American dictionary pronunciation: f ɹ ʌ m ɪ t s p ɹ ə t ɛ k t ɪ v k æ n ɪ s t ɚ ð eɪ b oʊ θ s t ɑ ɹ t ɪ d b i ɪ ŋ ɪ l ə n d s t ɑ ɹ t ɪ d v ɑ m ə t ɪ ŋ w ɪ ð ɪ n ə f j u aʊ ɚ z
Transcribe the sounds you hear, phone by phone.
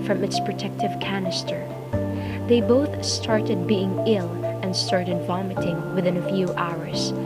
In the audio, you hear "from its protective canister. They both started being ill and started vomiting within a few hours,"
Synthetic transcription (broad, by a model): f ɹ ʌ m ɪ t s p ɹ ə t ɛ k t ɪ v k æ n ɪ s t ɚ ð eɪ b oʊ θ s t ɑ ɹ t ɪ d b i ɪ ŋ ɪ l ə n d s t ɑ ɹ t ɪ d v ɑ m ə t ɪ ŋ w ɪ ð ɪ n ə f j u aʊ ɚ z